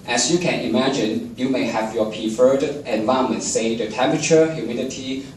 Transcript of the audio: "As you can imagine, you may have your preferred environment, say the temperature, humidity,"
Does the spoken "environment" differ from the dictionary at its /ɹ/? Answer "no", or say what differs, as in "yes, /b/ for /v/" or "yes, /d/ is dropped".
yes, /ɹ/ is dropped